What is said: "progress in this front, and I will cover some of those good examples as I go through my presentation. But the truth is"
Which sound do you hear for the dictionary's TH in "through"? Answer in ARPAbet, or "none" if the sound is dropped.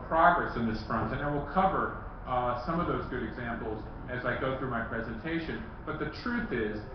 TH